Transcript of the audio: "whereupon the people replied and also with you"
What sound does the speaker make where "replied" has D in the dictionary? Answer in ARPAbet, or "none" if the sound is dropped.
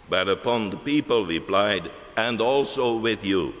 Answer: D